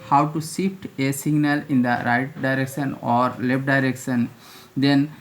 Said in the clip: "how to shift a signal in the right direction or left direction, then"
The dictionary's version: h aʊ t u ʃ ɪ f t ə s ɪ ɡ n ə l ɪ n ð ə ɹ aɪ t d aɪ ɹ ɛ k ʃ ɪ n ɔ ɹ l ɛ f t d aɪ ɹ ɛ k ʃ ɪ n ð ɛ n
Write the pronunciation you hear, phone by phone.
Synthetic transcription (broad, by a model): h aʊ t u s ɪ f t ə s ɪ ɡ n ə l ɪ n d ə ɹ aɪ t d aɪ ɹ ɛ k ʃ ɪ n ɔ ɹ l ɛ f t d aɪ ɹ ɛ k ʃ ɪ n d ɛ n